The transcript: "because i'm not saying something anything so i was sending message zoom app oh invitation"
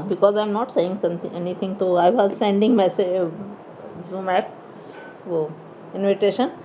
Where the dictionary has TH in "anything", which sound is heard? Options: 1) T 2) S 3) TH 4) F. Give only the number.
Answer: 1